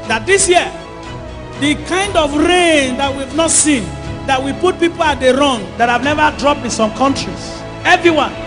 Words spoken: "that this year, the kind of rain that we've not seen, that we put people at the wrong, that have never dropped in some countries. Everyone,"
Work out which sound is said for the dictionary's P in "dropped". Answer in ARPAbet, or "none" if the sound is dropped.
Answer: P